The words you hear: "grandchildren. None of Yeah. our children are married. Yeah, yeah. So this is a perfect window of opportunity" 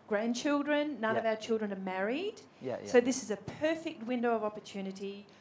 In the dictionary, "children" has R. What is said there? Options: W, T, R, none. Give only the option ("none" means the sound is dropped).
R